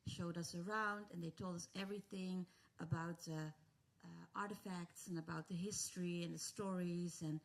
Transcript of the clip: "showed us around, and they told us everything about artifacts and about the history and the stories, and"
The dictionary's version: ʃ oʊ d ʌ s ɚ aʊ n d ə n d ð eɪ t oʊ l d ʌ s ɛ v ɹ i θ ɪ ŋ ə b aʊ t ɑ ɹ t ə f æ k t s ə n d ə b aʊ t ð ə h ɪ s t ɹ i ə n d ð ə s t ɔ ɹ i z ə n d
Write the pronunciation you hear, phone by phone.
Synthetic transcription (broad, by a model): ʃ oʊ d ʌ s ɚ aʊ n d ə n ð eɪ t oʊ l d ʌ s ɛ v ɹ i θ ɪ ŋ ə b aʊ t ɑ ɹ t ə f æ k t s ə n ə b aʊ t ð ə h ɪ s t ɹ i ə n ð ə s t ɔ ɹ i z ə n